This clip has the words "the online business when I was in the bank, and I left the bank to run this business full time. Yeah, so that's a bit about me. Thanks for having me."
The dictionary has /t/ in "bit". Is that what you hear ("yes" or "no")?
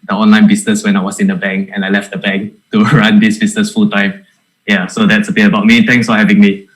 no